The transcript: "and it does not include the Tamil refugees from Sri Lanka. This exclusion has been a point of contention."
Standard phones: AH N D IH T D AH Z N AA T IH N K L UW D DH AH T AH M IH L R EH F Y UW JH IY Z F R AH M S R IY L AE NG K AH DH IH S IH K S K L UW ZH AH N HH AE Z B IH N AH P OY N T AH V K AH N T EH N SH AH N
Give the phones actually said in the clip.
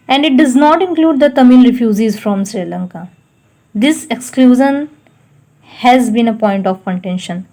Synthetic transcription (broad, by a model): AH N D IH T D AH Z N AA T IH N K L UW D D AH T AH M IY L R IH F Y UW Z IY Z F R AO M S R IY L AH NG K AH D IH S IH K S K L UW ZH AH N HH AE Z B IH N AH P OY N T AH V K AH N T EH N SH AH N